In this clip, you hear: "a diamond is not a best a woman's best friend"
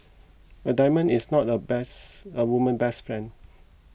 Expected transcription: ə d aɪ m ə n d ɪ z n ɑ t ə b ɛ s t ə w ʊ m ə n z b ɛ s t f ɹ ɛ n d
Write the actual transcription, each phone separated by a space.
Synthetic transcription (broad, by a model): ə d aɪ m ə n ɪ s n ɑ t ə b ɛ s ə w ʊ m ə n b ɛ s t f ɹ ɛ n d